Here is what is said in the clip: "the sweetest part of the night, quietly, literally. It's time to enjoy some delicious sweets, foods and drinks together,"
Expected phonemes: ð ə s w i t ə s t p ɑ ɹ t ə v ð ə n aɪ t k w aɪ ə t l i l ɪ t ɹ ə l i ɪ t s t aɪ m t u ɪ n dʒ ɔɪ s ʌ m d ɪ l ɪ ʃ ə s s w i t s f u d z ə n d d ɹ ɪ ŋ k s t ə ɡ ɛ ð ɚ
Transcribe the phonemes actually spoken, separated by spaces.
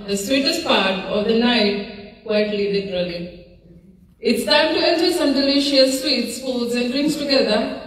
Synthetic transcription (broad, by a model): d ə s w i t ə s t p ɑ ɹ t ə v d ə n aɪ t k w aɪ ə t l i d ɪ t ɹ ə l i ɪ t s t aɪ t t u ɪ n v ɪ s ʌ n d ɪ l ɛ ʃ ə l s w i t s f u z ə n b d ɹ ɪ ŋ s t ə ɡ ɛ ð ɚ